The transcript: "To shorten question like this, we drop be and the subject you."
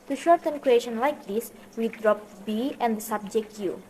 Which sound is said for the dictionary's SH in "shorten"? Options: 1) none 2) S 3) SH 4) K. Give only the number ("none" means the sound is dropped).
3